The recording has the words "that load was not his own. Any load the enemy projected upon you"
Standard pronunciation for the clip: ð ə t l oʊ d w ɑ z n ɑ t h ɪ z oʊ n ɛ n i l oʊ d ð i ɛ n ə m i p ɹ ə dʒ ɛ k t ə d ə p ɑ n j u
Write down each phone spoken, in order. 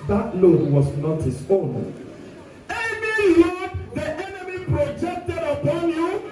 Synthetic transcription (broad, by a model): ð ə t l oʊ w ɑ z n ɑ t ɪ s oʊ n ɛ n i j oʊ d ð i ɛ n ə m i p ɹ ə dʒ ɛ k t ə d ə p ɑ n j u